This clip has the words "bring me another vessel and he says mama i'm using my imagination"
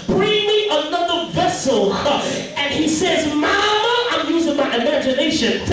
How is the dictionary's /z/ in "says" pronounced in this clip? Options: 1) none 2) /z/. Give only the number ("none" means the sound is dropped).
2